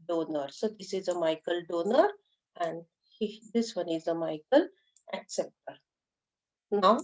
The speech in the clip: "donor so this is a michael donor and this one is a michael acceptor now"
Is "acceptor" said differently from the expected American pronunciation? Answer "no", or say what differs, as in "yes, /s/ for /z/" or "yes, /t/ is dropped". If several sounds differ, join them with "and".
no